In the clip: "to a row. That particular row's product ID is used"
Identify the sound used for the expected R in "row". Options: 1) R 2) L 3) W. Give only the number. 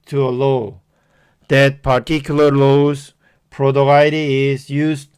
2